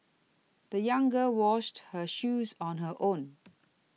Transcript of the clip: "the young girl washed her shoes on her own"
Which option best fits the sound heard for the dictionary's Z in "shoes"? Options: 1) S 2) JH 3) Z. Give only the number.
3